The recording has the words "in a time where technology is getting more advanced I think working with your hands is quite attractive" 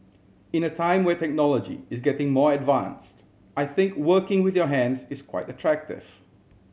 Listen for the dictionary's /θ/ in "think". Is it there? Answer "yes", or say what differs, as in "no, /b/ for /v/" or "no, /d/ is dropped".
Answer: yes